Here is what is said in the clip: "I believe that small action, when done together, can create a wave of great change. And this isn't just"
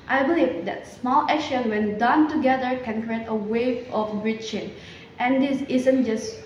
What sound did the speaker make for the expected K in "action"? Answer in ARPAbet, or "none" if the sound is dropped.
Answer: none